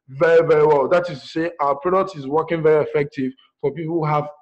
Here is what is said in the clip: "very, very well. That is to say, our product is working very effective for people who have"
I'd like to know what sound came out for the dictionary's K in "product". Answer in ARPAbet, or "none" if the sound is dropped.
none